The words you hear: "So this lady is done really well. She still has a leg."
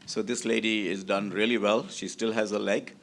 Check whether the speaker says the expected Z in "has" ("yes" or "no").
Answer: yes